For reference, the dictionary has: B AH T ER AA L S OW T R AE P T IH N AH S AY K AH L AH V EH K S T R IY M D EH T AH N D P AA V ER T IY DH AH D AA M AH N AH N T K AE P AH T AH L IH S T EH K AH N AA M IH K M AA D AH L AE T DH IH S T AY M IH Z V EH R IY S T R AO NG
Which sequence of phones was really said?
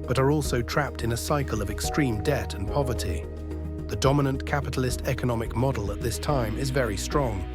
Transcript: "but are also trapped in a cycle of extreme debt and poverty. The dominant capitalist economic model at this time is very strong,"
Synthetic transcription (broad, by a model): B AH T ER AA L S OW T R AE P T IH N AH S AY K AH L AH V EH K S T R IY M D EH T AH N P AA V ER T IY DH AH D AA M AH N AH N K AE P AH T L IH S T EH K AH N AA M IH K M AA D L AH T DH IH S T AY M IH Z V EH R IY S T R AO NG